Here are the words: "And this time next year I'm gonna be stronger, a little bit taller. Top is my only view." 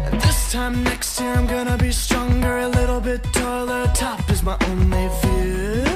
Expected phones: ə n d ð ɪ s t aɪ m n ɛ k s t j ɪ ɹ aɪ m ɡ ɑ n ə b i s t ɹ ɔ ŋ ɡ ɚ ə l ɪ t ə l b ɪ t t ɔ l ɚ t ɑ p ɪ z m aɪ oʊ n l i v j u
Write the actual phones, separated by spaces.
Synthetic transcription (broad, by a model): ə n ð ɪ s t aɪ m n ɛ k s t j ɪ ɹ aɪ m ɡ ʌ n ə b i s t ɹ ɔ ŋ ɡ ɚ ə l ɪ t l b ɪ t t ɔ l ɚ t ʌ f ɪ z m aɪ oʊ n l i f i